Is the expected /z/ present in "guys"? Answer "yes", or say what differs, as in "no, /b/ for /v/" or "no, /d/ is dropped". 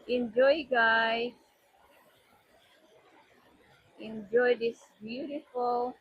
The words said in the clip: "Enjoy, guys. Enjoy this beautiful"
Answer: no, /z/ is dropped